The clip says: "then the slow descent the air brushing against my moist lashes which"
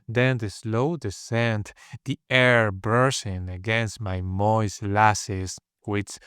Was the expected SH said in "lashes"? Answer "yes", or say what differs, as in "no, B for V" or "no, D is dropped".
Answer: no, S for SH